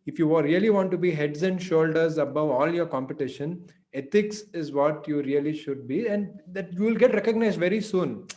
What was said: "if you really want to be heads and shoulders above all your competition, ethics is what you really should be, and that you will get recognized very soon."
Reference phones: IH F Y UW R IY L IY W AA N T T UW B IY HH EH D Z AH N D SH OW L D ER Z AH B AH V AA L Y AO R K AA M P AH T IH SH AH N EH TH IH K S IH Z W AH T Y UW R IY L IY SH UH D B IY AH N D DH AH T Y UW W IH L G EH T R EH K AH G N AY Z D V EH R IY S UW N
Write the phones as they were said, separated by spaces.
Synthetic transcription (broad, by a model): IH F Y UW R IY L IY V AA N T T UW B IY HH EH D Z AH N D SH OW L D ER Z AH B AH V AA L Y AO R K AA M P AH T IH SH AH N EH T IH K S IH Z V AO T Y UW R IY L IY SH UH D B IY AH N D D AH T Y UW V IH L G EH T R EH K AH G N AY Z D V EH R IY S UW N